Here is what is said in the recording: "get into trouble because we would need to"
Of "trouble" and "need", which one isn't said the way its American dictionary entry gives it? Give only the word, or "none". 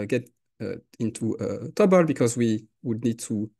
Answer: trouble